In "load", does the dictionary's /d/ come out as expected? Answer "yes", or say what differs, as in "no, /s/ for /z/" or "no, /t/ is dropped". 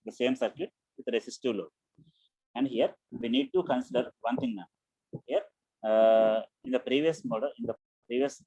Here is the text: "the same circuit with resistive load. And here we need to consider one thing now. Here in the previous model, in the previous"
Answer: no, /d/ is dropped